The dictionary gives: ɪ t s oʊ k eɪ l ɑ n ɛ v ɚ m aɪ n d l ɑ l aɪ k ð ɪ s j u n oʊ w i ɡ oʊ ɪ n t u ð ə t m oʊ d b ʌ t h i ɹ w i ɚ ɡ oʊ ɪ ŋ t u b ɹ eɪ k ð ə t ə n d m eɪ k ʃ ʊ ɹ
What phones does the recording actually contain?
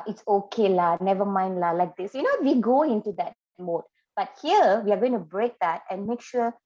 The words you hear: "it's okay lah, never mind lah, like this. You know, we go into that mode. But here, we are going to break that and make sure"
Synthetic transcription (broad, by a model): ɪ t s oʊ k eɪ l ɑ n ɛ v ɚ m aɪ n d l ɑ l aɪ k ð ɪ s j u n oʊ w i ɡ oʊ ɪ n t u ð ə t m oʊ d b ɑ t h i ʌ w i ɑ ɡ oʊ ɪ ŋ t u b ɹ eɪ k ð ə t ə n m eɪ k ʃ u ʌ